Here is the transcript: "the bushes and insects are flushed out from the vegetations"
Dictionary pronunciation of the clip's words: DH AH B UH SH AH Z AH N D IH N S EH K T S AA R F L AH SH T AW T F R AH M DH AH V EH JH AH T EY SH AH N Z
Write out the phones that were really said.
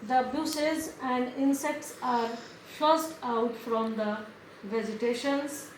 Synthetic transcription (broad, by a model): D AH B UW S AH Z AH N D IH N S EH K T S AA R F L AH S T AW T F R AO M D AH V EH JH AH T EY SH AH N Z